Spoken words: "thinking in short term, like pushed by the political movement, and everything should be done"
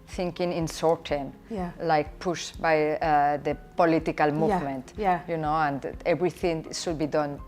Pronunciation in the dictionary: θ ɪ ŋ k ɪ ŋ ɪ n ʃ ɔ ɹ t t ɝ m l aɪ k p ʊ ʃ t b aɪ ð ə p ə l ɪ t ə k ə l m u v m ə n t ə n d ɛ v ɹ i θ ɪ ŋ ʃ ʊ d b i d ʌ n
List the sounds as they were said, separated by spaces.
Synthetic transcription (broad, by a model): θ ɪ ŋ k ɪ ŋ ɪ n s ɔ ɹ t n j l aɪ k p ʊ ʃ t b aɪ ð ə p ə l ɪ t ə k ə l m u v m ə n t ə n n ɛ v ɹ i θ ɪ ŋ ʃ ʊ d b i d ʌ n